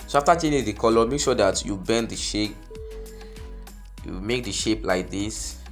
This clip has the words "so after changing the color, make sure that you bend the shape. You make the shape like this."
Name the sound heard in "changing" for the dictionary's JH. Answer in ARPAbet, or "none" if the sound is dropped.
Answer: none